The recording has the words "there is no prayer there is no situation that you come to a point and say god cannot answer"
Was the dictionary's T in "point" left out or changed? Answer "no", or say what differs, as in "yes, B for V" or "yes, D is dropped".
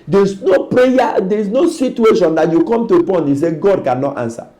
yes, T is dropped